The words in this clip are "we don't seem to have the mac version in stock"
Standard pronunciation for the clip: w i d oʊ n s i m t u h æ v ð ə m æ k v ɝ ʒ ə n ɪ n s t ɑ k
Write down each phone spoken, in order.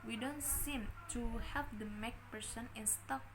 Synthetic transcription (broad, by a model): w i d oʊ n s i m t u h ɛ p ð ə m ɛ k p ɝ s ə n ɪ n s t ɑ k